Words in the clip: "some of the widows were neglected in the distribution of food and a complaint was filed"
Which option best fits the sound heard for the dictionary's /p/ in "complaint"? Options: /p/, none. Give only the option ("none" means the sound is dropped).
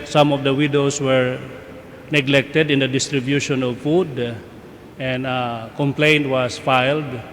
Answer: /p/